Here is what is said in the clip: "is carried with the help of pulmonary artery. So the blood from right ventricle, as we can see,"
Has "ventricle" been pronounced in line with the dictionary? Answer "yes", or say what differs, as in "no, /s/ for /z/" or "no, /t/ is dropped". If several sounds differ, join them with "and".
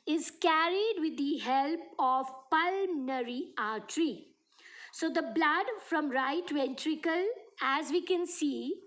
yes